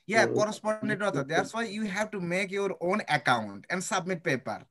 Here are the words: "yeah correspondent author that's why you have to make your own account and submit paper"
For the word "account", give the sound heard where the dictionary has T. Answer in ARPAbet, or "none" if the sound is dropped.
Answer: T